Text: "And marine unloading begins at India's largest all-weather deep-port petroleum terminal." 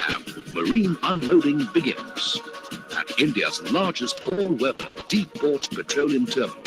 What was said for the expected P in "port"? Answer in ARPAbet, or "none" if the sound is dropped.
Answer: B